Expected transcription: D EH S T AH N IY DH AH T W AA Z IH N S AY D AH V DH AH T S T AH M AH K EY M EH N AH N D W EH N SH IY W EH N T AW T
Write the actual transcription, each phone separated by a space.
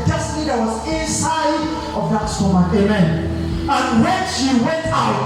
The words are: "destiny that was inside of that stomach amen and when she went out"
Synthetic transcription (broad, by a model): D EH S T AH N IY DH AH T W AA Z IH N S AY D AH V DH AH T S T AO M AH EY M EH N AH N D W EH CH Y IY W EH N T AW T